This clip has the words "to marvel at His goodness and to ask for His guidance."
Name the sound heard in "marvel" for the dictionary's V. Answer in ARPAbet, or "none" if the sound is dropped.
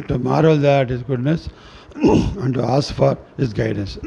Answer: none